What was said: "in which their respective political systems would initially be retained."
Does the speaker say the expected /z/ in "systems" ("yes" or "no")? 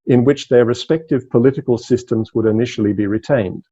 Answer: yes